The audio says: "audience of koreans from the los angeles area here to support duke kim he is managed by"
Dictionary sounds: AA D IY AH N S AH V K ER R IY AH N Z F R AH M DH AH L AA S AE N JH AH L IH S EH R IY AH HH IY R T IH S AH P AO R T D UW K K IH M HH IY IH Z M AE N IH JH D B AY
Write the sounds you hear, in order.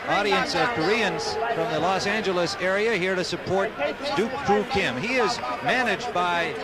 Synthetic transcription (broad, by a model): AA D IY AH N S AH V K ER R IY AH N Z F R AH M DH AH L AA S AE N JH AH L IH S EH R IY AH HH IY R T IH S AH P AO R T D UW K K IH M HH IY IH Z M AE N IH JH B AY